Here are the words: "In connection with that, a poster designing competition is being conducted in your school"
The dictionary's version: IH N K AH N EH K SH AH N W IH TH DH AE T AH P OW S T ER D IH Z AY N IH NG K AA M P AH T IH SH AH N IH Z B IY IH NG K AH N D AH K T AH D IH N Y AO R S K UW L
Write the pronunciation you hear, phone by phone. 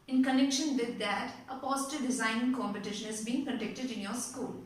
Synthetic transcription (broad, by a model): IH N K AH N EH K SH AH N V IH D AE T AH P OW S T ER D IH Z AY N IH NG K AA M P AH T IH SH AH N IH Z B IY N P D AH D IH K T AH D IH N Y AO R S K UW L